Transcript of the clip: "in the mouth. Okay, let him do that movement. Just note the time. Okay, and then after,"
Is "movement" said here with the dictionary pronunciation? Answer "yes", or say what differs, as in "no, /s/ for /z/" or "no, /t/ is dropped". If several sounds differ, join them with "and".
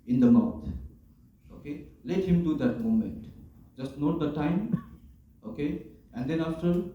no, /v/ is dropped